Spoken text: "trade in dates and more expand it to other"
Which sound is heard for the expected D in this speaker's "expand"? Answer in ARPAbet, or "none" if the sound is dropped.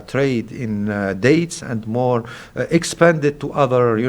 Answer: D